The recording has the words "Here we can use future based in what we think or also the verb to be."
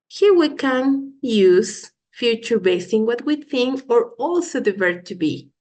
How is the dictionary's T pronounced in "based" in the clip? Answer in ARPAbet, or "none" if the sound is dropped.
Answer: none